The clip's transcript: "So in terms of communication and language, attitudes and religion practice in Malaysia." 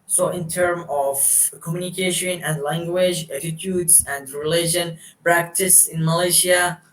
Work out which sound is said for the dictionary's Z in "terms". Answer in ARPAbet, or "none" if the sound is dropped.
none